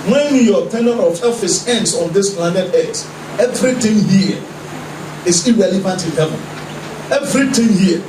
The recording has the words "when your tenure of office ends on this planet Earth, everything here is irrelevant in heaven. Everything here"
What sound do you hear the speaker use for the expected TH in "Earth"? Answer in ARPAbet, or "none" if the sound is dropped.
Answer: S